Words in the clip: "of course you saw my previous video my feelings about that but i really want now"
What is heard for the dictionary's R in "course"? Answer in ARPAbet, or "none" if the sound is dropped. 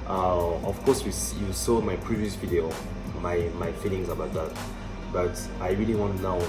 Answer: W